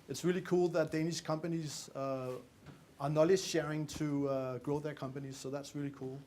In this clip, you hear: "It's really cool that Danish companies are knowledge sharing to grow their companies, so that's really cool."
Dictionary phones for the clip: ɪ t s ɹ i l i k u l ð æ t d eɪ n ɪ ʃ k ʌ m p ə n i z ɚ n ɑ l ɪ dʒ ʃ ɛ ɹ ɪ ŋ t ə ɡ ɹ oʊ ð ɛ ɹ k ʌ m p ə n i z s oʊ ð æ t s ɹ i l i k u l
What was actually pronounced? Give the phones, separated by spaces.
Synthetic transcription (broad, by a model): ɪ t s ɹ i l i k u l ð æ t d eɪ n ɪ ʃ k ʌ m p ə n i z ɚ n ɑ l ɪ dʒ ʃ ɛ ɹ ɪ ŋ t ə ɡ ɹ oʊ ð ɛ ɹ k ʌ m p ə n i z s oʊ ð æ t s ɹ i l i k u l